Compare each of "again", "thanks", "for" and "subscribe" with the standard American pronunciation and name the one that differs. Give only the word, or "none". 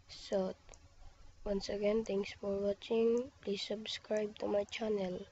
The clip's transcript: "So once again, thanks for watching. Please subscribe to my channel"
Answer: thanks